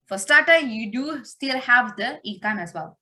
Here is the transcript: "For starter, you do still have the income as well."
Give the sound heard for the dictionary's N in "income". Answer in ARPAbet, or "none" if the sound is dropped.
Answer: none